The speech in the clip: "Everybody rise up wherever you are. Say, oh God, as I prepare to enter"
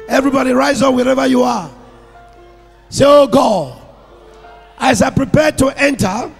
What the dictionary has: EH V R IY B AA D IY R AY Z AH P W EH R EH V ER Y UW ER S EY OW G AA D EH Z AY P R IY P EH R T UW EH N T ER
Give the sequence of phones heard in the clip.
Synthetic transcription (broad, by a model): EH V R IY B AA D IY R AY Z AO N W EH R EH V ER Y UW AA S EY OW G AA AA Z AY P R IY P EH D T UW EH N T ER